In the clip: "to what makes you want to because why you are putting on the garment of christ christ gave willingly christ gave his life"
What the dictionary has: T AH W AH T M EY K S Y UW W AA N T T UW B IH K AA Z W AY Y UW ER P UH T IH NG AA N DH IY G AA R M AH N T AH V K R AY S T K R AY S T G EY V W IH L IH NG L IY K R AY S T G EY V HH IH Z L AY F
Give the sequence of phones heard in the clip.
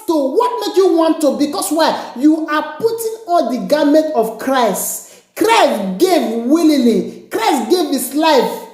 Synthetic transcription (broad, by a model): T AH W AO T M EY K Y UW W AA N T T UW B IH K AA S W AY Y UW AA P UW T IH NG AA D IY G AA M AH N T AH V K R AY S T K R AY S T G EY V W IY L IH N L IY K R AY S T G EY V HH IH S L AY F